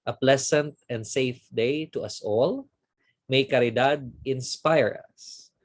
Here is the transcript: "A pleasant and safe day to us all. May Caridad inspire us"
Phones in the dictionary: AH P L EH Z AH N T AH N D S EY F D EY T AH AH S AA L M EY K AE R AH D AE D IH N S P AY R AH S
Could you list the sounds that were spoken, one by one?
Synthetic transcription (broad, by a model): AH P L EH S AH N T AH N D S EY F D EY T AH AH S AA L M EY K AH R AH D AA D IH N S P AY R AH S